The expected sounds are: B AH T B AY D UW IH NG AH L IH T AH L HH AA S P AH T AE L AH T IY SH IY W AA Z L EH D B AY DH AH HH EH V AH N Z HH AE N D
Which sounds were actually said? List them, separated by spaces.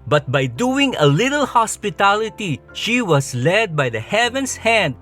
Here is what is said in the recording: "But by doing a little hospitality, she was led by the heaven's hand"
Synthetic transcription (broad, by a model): B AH T B AY D UW IH NG AH L IH T AH L HH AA S P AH T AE L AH T IY SH IY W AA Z L EH D B AY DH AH HH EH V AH N S HH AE N D